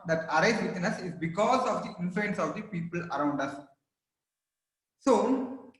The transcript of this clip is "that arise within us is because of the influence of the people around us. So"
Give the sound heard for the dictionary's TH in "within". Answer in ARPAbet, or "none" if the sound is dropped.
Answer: T